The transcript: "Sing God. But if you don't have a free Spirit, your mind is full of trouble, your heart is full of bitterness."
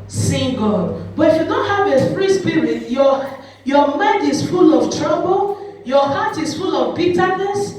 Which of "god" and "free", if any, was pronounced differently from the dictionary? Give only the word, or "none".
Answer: free